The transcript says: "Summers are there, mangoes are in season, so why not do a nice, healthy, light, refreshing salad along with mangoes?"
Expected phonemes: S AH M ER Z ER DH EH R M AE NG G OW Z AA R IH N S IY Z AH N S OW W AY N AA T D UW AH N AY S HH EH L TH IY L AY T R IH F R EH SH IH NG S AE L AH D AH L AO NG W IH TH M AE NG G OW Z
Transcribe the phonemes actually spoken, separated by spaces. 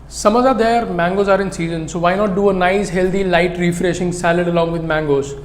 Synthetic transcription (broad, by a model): S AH M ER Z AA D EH R M AE NG G OW Z AA R IH N S IY Z AH N S OW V AY N AA T D UW AH N AY S HH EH L T IY L AY T R IH F R EH SH IH NG S AE L AH D AH L AO NG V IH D M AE NG G OW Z